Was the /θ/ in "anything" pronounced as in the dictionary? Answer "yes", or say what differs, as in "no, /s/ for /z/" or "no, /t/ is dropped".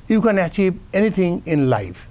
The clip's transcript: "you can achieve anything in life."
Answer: no, /t/ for /θ/